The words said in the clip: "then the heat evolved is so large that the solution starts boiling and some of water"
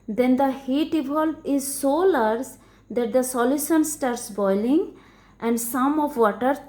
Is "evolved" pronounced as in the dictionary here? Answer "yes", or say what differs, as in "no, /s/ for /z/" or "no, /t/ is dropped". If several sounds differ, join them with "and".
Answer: no, /d/ is dropped